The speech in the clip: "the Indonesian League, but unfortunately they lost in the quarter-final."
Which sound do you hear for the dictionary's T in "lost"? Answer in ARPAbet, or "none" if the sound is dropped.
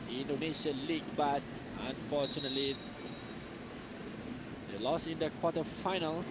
none